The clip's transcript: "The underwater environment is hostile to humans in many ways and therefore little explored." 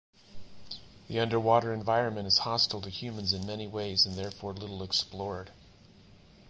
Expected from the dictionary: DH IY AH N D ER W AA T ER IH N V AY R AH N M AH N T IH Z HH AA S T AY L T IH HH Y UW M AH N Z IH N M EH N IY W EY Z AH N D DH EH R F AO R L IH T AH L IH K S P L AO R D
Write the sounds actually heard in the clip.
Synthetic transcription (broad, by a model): DH IY AH N D ER W AA T ER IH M V AY R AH N M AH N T IH Z HH AA S T L T IH HH Y UW M AH N Z IH N M EH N IY W EY Z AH N DH EH R F AO R L IH T L IH K S P L AO R D